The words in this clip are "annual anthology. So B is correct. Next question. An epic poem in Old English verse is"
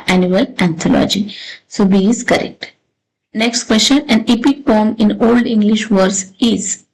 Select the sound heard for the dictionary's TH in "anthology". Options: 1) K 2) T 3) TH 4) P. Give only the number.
2